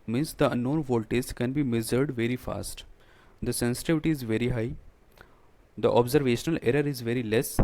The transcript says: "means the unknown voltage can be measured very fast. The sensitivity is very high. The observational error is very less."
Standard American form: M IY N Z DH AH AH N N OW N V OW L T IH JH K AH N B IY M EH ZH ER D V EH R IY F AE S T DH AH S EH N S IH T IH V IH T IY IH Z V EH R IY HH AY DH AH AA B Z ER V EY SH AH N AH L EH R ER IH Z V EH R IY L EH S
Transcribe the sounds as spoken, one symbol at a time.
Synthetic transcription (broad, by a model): M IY N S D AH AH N N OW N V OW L T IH Z K AH N B IY M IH Z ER D V EH R IY F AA S T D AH S EH N S IH T IH V IH T IY IH Z V EH R IY HH AY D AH AA B Z ER V EY SH AH N AH L EH R ER IH Z V EH R IY L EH S